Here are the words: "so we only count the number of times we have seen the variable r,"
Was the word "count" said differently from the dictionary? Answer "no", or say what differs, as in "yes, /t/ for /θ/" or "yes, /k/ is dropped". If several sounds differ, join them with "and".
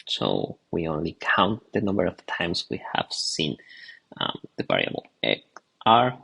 no